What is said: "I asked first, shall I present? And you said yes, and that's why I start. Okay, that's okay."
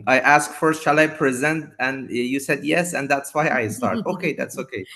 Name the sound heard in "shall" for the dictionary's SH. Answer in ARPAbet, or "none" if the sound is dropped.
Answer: SH